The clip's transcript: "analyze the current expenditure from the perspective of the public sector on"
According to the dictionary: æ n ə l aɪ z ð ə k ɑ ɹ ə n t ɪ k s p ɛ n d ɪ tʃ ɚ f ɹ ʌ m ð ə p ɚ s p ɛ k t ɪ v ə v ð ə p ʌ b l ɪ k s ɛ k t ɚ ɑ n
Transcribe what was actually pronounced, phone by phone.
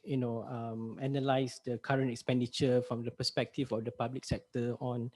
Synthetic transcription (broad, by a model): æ n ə l aɪ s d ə k ɑ ɹ ə n t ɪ k s p ɛ n d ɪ tʃ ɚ f ɹ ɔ m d ə p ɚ s p ɛ k t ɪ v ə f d ə p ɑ b l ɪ k s ɛ k t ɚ ɑ n